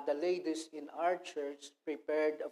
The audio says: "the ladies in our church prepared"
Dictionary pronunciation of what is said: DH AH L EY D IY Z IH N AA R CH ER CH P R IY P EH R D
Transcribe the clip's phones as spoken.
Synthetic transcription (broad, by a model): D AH L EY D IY S IH N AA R CH ER CH P R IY P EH R D